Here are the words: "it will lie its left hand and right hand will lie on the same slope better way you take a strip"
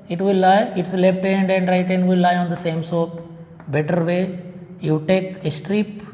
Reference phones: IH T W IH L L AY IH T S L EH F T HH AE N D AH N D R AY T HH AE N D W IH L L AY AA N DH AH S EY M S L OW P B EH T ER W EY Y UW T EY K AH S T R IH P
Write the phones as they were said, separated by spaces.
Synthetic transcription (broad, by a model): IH T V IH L L AY IH T S L EH F T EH N D AH N D R AY T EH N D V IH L L AY AA N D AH S EY M S OW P B EH T ER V EY Y UW T EY K AH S T R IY P